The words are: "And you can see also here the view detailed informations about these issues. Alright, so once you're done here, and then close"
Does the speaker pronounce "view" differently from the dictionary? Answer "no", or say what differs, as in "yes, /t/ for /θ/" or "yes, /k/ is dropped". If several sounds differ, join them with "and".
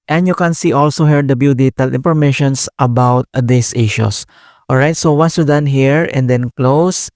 yes, /b/ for /v/